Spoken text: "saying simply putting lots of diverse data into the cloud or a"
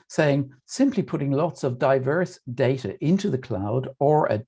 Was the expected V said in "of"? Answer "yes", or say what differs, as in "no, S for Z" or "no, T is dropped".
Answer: yes